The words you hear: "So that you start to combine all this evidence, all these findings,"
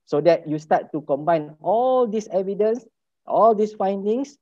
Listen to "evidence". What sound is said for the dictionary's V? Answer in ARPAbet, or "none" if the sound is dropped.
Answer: V